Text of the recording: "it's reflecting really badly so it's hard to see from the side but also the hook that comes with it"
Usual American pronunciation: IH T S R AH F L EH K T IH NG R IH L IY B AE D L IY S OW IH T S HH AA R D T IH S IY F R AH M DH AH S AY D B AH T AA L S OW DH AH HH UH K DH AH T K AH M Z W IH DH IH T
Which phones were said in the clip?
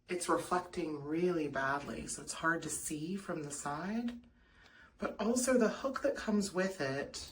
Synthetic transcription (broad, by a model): IH T S R AH F L EH K T IH NG R IH L IY B AE D L IY S OW IH T S HH AA R D T IH S IY F R AH M DH AH S AY D B AH T AA L S OW DH AH HH UH K DH AH T K AH M Z W IH DH IH T